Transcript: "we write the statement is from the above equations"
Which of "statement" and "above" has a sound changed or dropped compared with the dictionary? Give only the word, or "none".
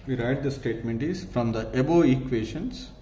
above